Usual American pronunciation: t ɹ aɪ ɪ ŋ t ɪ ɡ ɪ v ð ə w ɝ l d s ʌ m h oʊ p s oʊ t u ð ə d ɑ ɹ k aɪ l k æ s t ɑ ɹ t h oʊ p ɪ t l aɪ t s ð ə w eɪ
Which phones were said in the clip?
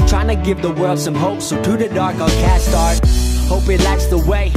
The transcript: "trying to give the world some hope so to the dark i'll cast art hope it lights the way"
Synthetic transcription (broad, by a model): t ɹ aɪ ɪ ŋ t ɪ ɡ ɪ v ð ə w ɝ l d s ʌ m h oʊ p s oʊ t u ð ə d ɑ ɹ k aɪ n k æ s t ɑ ɹ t h oʊ p ɪ t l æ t s ð ə w eɪ